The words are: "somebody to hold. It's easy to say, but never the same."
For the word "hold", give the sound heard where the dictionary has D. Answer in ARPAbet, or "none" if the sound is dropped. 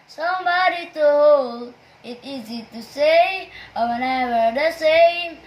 none